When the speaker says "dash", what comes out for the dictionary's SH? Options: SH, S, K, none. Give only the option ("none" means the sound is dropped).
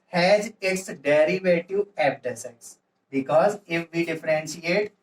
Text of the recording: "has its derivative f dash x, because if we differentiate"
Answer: S